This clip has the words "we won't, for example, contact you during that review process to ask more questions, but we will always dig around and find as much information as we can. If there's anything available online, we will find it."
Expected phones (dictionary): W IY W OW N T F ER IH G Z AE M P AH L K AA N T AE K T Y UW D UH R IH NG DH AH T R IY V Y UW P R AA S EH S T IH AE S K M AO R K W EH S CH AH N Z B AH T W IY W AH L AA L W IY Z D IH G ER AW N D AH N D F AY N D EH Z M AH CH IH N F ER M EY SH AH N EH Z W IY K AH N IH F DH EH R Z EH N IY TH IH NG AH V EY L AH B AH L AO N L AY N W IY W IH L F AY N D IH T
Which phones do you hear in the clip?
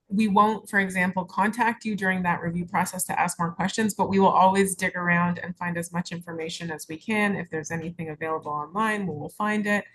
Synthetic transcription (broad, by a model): W IY W OW N T F ER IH G Z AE M P L K AA N T AE K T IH D UH R IH NG DH AH T R IY V Y UW P R AA S EH S T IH AE S K M AO R K W EH S CH AH N Z B AH T W IY W AH L AA L W IY Z D IH G ER AW N D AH N F AY N D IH Z M AH CH IH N F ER M EY SH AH N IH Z W IY K AH N IH F DH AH R Z EH N IY TH IH NG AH V EY L AH B L AO N L AY N W IY W IH L F AY N D IH T